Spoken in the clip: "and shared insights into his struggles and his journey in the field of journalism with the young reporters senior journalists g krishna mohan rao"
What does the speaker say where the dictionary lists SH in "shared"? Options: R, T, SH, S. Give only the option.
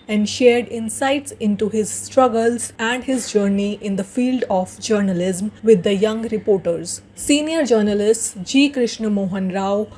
SH